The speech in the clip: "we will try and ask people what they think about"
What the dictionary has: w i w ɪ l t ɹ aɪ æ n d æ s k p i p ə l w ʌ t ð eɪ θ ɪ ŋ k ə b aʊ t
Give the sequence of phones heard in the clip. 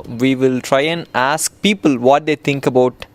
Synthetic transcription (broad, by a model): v i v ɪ l t ɹ aɪ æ n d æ s k p i p ə l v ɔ t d eɪ t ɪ ŋ k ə b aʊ t